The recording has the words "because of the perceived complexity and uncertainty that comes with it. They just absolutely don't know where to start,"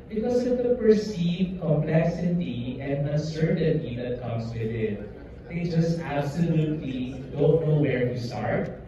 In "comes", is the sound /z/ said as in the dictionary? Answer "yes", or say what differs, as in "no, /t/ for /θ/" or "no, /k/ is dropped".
no, /s/ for /z/